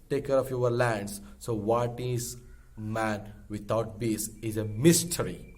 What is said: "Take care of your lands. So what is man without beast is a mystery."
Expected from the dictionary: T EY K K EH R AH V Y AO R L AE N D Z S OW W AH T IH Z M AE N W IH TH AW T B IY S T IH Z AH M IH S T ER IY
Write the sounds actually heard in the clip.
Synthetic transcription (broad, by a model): T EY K K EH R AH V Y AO R L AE N D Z S OW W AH T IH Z M AE N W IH T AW T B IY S IH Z AH M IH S T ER IY